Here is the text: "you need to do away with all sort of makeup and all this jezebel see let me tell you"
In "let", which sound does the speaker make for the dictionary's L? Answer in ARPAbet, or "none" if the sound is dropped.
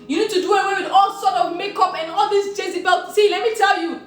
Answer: L